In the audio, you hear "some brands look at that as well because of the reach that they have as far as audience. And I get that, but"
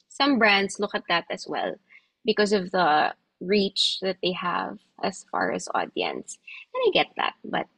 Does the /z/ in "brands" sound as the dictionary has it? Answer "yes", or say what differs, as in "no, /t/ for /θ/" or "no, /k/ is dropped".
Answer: no, /s/ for /z/